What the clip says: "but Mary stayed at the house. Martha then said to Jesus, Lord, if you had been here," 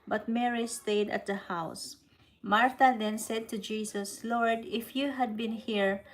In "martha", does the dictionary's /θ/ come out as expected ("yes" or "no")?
no